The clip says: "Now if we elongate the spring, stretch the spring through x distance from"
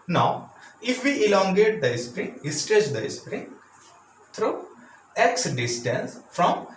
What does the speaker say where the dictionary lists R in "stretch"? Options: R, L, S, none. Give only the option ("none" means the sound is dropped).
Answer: none